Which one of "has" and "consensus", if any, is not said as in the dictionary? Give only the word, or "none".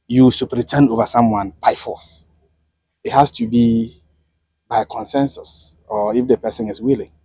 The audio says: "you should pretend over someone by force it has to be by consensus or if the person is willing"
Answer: has